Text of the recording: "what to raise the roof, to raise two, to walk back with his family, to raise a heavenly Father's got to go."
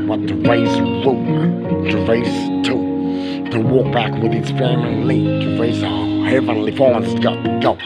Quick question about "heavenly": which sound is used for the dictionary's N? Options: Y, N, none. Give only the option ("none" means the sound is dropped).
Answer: N